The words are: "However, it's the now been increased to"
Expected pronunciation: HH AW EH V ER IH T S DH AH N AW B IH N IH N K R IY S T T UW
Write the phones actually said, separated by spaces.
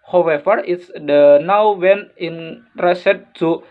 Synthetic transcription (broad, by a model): HH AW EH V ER IH T S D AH N AW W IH N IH N R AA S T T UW